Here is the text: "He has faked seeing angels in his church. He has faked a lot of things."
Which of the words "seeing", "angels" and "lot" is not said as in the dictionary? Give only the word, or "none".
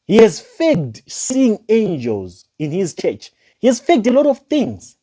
none